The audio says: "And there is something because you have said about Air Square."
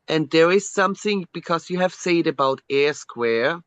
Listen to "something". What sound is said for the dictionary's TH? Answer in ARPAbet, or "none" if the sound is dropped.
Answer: TH